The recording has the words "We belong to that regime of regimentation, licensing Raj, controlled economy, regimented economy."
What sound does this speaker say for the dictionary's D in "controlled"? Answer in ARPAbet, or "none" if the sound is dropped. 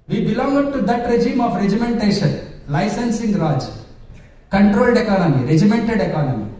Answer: D